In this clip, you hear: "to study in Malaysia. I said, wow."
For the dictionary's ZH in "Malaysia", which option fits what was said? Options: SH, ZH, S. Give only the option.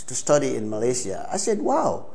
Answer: S